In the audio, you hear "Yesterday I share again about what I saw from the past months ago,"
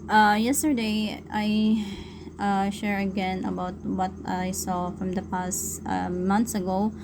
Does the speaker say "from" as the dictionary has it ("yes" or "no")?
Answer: yes